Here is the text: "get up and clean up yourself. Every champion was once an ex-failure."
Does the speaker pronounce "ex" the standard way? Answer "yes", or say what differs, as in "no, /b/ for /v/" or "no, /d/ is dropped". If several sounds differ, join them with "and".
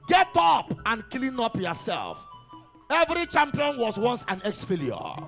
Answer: yes